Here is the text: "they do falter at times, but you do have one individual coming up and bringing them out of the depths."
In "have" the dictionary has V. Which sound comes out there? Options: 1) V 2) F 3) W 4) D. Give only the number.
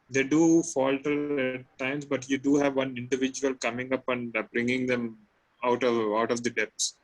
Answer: 1